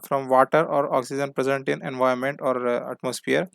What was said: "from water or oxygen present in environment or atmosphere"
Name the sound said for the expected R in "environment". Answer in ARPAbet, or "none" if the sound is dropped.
none